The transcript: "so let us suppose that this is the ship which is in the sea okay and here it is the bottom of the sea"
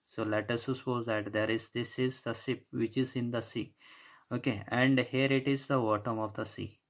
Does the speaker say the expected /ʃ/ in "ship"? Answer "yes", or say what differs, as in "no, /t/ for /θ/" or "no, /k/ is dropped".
no, /s/ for /ʃ/